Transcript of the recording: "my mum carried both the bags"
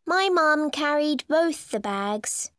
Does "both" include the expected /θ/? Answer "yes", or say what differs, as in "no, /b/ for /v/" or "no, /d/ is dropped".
yes